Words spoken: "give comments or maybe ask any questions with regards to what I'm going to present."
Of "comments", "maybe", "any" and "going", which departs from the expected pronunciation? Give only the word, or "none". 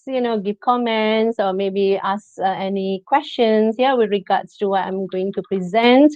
none